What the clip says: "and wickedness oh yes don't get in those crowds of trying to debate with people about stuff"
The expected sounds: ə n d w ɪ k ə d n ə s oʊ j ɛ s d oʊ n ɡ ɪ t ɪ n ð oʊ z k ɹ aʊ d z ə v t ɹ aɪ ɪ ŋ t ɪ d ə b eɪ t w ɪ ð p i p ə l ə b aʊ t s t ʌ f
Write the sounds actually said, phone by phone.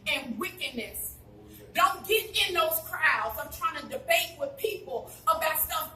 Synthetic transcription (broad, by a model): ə n w ɪ k ə d n ə s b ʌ d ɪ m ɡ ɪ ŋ ɪ n ð oʊ z k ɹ aʊ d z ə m t ɹ aɪ ɪ ŋ t ɪ d ə b eɪ t w ɪ ð p i p l ə b aʊ t s ʌ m